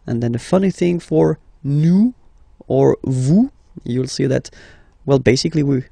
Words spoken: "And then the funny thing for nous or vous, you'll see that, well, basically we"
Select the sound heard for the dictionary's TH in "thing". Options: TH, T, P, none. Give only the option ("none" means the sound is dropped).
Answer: TH